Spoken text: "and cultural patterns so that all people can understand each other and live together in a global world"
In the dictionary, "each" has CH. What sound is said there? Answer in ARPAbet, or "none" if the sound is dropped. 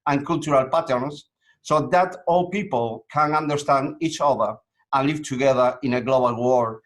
CH